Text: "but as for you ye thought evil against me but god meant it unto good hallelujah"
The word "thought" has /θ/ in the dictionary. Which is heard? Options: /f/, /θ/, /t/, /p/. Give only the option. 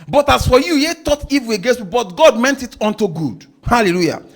/t/